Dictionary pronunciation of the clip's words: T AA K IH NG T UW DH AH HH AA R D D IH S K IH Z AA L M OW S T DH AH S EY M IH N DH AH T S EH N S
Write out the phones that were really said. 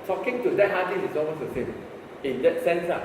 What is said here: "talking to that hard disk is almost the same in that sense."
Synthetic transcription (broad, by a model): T AA K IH NG T UW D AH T AA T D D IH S IH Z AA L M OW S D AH S EY M IH N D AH T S EH N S